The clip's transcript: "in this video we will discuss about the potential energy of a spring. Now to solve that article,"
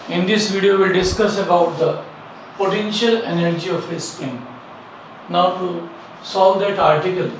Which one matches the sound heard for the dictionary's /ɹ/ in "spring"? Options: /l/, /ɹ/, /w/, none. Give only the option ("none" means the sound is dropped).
none